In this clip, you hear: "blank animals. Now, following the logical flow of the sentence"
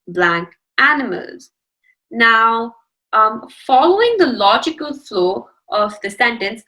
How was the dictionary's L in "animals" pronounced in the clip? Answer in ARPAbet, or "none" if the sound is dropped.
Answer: L